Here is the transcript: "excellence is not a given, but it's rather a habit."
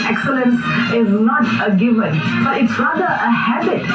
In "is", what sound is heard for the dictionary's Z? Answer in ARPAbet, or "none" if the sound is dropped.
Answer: Z